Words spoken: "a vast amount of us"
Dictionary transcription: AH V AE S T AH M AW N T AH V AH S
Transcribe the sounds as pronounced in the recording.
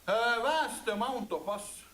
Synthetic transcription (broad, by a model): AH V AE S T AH M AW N T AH P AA S